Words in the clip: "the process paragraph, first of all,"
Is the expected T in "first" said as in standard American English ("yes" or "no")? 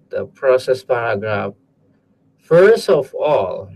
yes